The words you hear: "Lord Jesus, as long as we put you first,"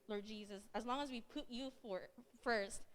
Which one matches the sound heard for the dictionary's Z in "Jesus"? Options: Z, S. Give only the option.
Z